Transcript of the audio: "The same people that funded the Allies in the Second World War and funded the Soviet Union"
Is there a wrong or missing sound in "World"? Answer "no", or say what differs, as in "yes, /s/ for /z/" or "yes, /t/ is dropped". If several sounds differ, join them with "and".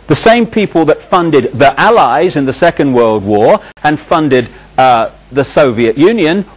no